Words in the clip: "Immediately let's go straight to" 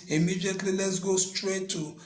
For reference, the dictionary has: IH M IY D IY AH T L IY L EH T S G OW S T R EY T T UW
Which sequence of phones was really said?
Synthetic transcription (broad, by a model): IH M IY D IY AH T L IY L EH T S G OW S T R EY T T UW